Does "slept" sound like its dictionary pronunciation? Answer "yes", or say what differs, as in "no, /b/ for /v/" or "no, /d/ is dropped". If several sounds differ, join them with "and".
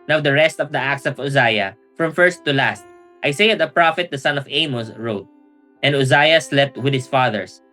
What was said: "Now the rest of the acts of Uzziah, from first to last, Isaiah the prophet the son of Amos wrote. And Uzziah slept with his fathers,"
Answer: yes